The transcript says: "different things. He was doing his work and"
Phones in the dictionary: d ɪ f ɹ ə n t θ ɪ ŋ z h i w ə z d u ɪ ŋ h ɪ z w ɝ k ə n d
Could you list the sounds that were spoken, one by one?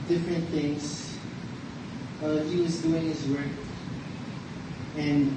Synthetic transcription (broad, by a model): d ɪ f ɹ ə n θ ɪ ŋ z h i w ə z d u ɪ ŋ h ɪ z w ɝ k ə n